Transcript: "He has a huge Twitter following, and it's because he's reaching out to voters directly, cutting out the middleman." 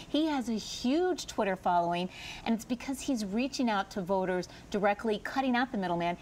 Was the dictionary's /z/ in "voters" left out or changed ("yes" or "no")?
no